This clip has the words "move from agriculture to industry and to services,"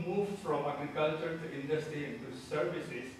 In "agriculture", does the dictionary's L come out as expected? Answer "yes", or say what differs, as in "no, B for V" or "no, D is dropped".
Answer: yes